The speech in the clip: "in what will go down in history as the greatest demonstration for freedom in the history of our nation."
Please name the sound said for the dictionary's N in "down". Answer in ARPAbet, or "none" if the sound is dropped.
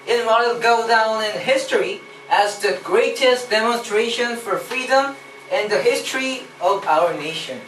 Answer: N